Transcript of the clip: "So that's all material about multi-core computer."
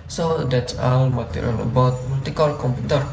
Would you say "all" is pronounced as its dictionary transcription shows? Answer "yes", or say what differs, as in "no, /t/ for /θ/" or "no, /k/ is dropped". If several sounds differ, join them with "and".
no, /n/ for /l/